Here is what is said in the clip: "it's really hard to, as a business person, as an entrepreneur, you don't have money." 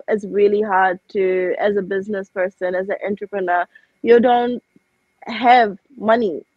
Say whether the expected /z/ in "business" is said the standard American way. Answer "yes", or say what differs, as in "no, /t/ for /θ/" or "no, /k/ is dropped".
yes